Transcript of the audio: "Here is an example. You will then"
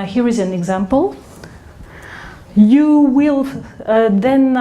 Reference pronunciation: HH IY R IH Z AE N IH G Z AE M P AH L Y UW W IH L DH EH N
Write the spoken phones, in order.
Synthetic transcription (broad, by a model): HH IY R IH Z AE N IH G Z AE M P AH L Y UW W IH L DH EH N